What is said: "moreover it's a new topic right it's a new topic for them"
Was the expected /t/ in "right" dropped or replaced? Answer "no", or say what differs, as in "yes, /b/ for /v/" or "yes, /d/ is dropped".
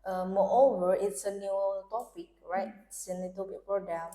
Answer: yes, /t/ is dropped